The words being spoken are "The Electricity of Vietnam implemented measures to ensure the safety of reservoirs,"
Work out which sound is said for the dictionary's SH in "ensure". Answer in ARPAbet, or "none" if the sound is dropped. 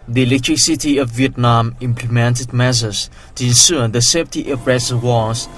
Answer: S